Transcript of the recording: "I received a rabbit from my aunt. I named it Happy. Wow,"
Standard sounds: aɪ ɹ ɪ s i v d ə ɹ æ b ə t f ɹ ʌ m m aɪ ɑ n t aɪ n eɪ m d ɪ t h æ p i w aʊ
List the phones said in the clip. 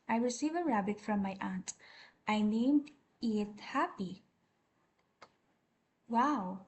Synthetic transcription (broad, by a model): aɪ ɹ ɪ s i v ə ɹ æ b ə t f ɹ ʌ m m aɪ ɑ n t aɪ n eɪ m d ɪ t h æ p i w aʊ